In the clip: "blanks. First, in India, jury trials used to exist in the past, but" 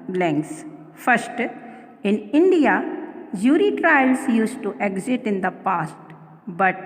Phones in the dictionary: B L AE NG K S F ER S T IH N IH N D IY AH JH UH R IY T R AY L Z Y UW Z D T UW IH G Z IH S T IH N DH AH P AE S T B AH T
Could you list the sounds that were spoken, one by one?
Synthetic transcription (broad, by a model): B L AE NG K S F ER S T IH N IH N D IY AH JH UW R IY T R AY L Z Y UW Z T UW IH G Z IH T IH N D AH P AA S T B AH T